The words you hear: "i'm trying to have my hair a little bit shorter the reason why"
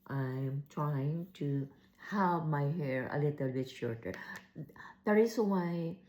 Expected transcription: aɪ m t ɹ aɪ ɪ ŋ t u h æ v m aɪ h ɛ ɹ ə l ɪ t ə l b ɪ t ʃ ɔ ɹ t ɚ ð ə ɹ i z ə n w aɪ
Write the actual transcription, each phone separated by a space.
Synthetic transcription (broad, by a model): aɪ m t ɹ aɪ ɪ ŋ t u h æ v m aɪ h ɛ ɹ ə l ɪ t ə l b ɪ t ʃ ɔ ɹ t ɚ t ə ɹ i s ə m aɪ